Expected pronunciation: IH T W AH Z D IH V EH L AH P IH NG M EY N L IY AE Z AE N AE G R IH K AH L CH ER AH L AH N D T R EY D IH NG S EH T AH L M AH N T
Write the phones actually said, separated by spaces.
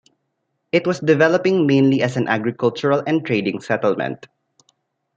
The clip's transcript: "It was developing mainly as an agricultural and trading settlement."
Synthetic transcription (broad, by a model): IH T W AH S D IH V EH L AH P IH NG M EY N L IY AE S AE N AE G R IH K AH L CH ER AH L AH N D T R EY D IH NG S EH T AH L M AH N T